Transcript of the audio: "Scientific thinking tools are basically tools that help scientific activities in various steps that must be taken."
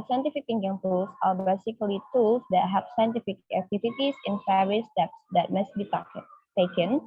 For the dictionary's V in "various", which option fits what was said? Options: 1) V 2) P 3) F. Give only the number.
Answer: 3